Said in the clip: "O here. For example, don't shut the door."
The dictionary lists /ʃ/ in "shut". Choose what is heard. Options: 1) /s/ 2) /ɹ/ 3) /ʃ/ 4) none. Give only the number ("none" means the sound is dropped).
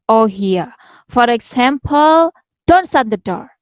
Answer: 1